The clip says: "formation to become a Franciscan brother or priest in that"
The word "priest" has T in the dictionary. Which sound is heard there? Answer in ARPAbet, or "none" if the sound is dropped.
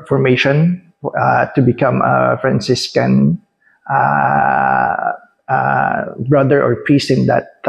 T